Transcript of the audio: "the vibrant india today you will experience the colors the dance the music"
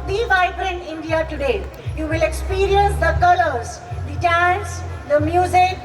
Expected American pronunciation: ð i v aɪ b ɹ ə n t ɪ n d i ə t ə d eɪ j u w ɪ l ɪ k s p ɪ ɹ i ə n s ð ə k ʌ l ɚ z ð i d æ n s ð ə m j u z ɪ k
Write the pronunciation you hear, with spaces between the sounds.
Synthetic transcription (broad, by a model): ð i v aɪ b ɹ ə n ɪ n d i ə t ə d eɪ j u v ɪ l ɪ k s p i ɹ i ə n s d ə k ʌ l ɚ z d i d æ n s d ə m j u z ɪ k